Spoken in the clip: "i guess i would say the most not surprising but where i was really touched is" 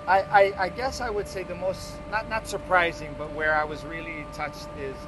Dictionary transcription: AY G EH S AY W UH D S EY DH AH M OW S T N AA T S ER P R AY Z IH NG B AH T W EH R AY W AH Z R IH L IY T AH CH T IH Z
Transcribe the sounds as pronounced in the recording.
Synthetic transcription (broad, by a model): AY G EH S AY W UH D S EY DH AH M OW S T N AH T S ER P R AY Z IH NG B AH T W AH R AY W AH Z R IH L IY T AH CH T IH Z